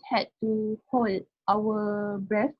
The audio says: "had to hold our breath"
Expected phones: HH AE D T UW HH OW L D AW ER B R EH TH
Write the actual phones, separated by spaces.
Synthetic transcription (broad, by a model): HH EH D T UW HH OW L AW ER B R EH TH